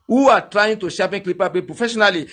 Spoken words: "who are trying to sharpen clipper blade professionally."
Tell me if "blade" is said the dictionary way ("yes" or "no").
no